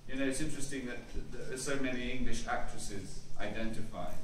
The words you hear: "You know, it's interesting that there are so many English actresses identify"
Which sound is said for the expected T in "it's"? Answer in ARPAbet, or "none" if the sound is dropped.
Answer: T